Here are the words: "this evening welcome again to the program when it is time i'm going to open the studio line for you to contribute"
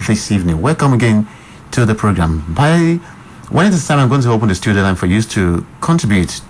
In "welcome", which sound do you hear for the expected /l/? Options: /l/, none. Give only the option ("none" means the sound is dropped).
/l/